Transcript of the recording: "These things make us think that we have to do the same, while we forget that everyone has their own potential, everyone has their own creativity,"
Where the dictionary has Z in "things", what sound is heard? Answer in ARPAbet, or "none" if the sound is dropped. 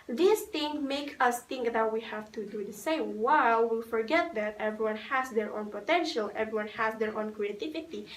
none